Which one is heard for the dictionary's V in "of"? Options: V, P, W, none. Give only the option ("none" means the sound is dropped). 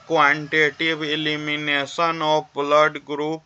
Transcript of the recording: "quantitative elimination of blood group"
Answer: P